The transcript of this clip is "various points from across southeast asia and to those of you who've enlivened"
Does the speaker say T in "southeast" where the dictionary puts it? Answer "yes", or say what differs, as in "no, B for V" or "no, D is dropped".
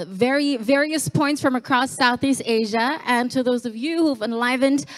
yes